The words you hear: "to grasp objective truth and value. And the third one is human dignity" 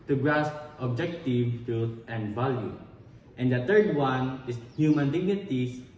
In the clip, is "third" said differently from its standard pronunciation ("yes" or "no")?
yes